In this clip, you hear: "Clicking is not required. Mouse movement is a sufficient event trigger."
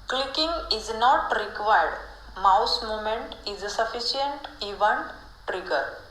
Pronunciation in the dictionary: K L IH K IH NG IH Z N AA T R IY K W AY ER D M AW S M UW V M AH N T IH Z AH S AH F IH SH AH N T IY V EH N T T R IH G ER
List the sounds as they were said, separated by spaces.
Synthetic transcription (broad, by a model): K L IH K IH NG IH Z N AA T R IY K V AY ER D M AW S M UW M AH N T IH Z S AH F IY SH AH N T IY V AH N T T R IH G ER